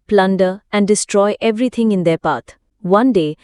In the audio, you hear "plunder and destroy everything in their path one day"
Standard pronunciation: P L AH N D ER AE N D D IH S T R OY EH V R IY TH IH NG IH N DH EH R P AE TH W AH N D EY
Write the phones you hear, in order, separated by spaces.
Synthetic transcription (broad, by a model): P L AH N D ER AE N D D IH S T R OY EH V R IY T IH NG IH N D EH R P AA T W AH N D EY